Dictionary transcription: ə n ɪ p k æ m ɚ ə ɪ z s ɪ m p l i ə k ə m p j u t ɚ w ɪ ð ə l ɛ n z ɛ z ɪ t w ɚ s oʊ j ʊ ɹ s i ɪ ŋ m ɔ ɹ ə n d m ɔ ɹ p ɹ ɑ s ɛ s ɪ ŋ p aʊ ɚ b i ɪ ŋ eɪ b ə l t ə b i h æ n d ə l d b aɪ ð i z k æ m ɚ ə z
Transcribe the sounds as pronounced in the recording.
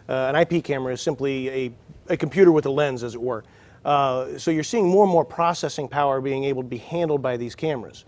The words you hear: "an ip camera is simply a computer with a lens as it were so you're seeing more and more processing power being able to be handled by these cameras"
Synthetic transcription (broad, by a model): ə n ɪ p k æ m ɚ ə ɪ z s ɪ m p l i ə k m p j u t ɚ w ɪ ð ə l ɛ n z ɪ z ɪ t w ɚ s oʊ j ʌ ɹ s i ɪ ŋ m ɔ ɹ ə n m ɔ ɹ p ɹ ɑ s ɛ s ɪ ŋ p aʊ ɚ b i ɪ ŋ eɪ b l t ə b i h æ n d l d b aɪ ð i z k æ m ɚ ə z